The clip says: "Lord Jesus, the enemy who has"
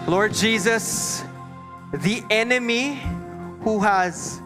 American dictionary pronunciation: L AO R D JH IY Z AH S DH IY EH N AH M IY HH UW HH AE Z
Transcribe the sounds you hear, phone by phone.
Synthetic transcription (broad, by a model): L AO R D JH IY Z AH S DH IY EH N AH M IY HH UW HH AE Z